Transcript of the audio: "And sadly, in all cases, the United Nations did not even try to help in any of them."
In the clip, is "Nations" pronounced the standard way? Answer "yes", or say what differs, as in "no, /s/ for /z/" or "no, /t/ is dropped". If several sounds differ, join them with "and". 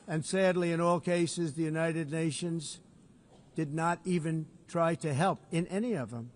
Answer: yes